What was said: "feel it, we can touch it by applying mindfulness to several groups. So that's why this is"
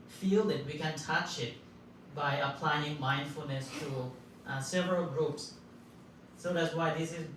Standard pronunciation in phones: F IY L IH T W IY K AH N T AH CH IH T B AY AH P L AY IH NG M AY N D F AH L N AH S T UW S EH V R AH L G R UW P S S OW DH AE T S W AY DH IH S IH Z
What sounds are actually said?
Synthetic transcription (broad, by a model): F IY L IH T W IY K AH N T AH CH IH T B AY AH P L AY IH NG M AY N D F AH L N AH S T UW S EH V R AH L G R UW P S S OW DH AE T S W AY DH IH S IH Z